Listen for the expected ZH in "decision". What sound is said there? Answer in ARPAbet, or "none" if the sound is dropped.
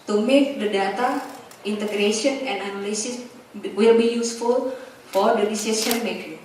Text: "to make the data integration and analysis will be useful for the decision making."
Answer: S